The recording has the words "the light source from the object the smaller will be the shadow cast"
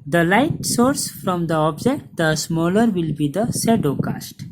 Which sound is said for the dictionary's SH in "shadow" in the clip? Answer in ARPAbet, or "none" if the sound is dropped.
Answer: S